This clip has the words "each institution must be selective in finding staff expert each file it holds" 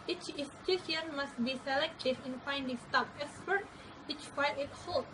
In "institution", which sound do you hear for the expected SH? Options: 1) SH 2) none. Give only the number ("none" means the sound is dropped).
2